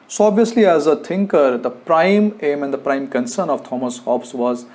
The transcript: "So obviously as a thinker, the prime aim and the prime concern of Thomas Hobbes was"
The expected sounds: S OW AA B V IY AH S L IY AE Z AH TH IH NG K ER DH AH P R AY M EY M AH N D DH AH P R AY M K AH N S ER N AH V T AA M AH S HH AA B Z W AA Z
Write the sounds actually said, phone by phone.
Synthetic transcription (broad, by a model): S OW AA B V IY AH S L IY AE Z AH T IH NG K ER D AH P R AY M EY M AH N D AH P R AY M K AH N S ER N AH V T AA M AH S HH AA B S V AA Z